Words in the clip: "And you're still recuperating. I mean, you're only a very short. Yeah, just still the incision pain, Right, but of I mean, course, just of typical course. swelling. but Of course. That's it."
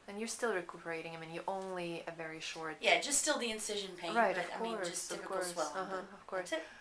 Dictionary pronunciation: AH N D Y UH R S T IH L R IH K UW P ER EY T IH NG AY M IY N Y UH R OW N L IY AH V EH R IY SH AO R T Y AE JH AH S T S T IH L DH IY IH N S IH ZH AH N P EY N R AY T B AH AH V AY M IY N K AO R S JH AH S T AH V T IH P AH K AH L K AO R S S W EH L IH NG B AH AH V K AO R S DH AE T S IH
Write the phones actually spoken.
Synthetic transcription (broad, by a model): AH N Y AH R S T IH L R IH K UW P ER EY T IH NG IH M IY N Y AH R OW N L IY AH V EH R IY SH AO R T Y AE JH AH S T S T IH L DH IY IH N S IH ZH AH N P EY R AY T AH AH V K AO R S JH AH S AH V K K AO R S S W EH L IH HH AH AH V K AO R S S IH